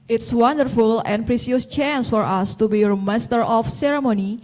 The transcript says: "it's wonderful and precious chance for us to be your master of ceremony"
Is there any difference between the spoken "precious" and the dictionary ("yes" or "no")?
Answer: yes